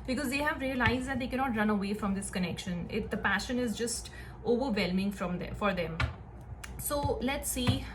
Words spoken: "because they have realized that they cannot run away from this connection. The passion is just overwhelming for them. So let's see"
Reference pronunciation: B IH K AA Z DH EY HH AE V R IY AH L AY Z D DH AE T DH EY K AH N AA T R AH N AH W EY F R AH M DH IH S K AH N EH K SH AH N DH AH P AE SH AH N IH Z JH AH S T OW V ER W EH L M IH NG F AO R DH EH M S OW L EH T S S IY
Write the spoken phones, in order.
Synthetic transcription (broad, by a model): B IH K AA Z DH EY HH AE V R IY AH L AY Z D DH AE T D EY K AH N AA T R AH N AH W EY F R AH M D IH S K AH N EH K SH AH N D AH P AE SH AH N IH Z JH AH S T OW V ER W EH L M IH NG F AO R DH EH M S OW L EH T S S IY